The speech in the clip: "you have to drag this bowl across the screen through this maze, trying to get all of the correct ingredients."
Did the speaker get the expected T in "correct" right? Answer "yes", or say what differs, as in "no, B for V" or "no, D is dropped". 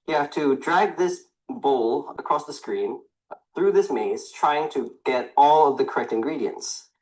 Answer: yes